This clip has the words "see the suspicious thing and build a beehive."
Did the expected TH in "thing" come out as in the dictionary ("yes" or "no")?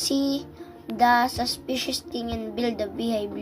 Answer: no